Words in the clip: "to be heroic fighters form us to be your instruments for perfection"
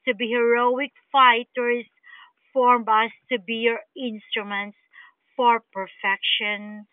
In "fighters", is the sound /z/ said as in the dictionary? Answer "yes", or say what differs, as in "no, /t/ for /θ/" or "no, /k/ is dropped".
no, /s/ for /z/